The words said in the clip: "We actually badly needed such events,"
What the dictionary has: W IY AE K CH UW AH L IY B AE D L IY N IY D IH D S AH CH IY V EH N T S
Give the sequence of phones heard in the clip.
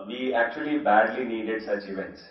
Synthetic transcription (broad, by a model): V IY AE K CH UW AH L IY B AE D L IY N IY D IH D S AH CH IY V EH N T S